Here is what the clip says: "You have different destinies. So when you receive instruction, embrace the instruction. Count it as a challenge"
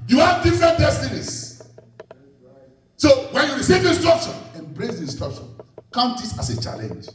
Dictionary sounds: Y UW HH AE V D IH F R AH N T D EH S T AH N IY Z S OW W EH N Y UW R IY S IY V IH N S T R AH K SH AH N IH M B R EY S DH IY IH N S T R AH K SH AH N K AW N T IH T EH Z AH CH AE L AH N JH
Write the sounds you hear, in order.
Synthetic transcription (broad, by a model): Y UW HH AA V D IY F R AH N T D EH S T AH N IY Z S OW W EH N Y UW R IY S IY V IH N S T R AH K SH AH N IH M B R EY S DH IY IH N S T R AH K SH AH N K AW N T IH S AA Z AH CH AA L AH N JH